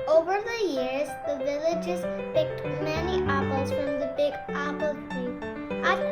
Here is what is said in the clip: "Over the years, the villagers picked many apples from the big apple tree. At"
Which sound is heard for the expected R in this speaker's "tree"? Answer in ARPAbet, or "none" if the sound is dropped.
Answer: none